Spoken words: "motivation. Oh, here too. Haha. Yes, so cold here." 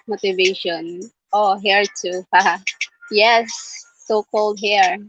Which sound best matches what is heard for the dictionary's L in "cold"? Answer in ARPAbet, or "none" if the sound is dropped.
L